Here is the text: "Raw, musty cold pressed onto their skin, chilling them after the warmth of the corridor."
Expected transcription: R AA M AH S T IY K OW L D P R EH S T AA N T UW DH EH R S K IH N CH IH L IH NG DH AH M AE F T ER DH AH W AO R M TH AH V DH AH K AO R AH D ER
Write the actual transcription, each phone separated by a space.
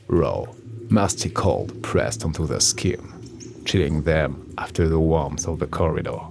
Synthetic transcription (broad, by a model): R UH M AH S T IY K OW L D P R EH S T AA N T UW DH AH S K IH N CH IH L IH NG DH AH M AE F T ER DH AH W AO R M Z AH V DH AH K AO R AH D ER